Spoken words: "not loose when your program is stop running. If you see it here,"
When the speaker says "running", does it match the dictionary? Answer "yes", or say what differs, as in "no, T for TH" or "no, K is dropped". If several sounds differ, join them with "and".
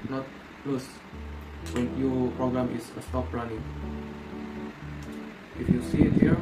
no, L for R